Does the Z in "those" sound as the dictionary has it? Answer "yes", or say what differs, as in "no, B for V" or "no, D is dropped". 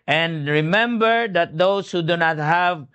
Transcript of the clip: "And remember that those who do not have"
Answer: no, S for Z